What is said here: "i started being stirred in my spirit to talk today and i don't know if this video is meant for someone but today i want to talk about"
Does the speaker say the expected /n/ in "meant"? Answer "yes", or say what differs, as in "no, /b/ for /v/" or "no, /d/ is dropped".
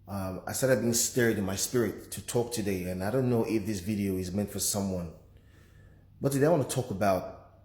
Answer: yes